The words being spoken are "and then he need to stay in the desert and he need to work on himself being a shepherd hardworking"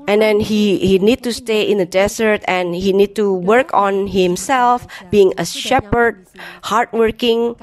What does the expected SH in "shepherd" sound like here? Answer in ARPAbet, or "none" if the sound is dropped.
SH